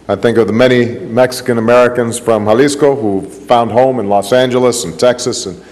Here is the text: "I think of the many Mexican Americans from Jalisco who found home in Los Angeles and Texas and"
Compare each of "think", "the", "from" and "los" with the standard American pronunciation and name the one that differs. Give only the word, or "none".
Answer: none